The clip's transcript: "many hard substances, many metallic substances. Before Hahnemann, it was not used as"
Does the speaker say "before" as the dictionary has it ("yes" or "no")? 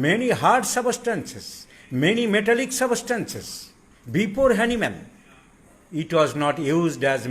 no